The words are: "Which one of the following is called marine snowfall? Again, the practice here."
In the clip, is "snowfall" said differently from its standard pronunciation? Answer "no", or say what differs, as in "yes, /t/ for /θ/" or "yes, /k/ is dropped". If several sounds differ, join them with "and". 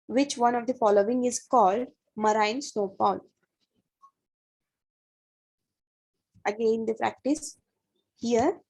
yes, /p/ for /f/